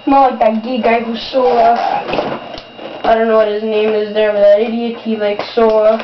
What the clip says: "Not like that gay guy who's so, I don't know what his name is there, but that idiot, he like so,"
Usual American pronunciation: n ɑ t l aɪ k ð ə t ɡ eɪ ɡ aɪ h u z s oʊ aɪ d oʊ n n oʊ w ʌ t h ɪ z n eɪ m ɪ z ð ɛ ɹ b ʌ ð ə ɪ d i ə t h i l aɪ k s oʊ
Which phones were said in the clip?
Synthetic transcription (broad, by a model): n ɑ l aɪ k ð ə t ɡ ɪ ɡ aɪ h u s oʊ aɪ d oʊ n n oʊ w ʌ t h ɪ z n eɪ m ɪ z ð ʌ ɹ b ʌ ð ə ɪ d i ə t h i l aɪ k s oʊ